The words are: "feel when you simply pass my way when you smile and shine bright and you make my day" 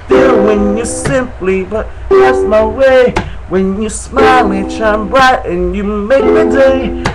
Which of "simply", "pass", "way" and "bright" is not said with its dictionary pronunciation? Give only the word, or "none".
pass